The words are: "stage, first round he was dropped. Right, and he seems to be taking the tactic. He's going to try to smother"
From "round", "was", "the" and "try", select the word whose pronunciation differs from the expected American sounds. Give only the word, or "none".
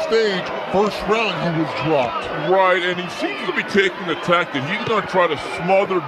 none